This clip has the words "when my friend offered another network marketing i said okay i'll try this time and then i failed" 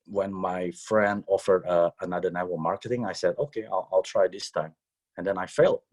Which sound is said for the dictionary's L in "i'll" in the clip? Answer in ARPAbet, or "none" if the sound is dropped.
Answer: L